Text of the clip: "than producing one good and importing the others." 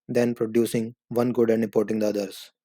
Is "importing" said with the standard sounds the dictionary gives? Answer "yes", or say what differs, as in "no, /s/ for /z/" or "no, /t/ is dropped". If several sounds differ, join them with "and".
no, /m/ is dropped